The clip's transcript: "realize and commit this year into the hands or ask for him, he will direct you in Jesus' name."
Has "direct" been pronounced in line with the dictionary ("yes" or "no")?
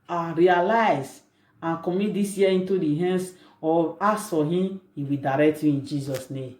yes